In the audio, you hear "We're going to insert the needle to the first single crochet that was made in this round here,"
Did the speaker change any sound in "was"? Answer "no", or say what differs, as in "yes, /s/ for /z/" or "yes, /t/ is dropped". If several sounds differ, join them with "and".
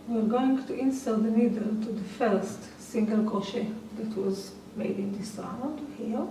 no